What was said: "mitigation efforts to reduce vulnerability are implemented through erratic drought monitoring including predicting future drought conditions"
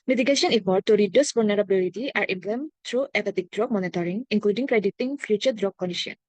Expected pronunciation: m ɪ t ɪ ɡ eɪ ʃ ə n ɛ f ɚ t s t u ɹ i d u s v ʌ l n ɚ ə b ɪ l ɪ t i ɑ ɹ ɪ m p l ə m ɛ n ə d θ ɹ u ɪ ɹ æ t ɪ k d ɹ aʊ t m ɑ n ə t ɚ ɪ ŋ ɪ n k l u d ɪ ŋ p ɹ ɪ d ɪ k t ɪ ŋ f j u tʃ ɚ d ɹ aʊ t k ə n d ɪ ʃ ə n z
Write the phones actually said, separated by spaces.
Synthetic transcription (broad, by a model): m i t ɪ ɡ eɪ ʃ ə n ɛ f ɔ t t u ɹ i d u s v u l n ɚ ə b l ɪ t i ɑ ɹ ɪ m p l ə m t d ɹ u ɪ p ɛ t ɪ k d ɹ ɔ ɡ m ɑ n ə t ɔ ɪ ŋ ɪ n k l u d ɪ ŋ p ɹ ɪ d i t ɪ ŋ f j u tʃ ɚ d ɹ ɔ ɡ k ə n d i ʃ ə n